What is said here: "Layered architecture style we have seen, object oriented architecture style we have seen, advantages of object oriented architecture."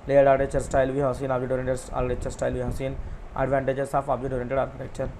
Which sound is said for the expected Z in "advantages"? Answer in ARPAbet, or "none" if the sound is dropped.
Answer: S